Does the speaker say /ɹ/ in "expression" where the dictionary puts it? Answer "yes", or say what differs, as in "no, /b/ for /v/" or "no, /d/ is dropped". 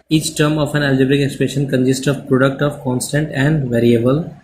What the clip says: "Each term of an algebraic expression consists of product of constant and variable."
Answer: no, /ɹ/ is dropped